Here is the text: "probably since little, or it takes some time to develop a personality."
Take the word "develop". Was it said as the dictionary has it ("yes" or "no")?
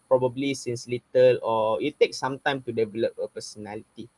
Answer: yes